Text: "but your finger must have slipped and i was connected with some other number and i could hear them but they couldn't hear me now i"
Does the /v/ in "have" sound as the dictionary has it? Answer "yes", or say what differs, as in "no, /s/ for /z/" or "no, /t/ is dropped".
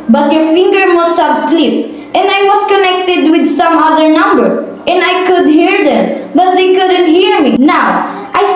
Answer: no, /b/ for /v/